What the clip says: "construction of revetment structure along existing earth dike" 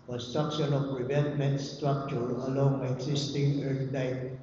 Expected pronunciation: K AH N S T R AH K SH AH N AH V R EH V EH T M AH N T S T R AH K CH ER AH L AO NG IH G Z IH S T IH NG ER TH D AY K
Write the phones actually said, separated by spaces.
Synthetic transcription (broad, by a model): K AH N S T R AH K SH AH N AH P R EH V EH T M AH N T S T R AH K CH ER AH L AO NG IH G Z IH S T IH NG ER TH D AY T